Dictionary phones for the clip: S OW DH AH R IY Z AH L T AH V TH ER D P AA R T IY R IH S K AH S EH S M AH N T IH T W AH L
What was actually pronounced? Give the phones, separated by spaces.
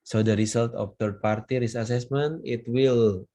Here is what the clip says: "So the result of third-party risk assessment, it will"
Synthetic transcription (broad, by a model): S OW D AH R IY S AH L T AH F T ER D P AA R T IY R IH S AH S EH S M AH N T IH T W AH L